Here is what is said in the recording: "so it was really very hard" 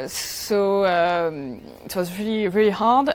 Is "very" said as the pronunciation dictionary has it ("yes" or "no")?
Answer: no